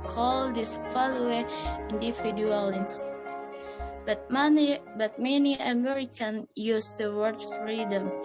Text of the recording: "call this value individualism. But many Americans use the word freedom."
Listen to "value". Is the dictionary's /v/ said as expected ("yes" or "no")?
no